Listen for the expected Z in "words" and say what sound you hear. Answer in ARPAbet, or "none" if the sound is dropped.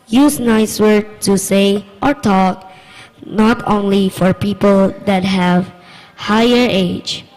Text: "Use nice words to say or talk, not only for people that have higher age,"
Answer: none